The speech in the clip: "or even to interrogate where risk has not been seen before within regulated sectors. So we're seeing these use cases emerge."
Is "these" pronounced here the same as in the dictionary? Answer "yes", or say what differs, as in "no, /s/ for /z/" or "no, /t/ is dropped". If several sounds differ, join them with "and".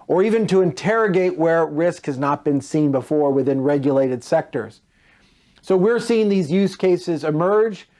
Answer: yes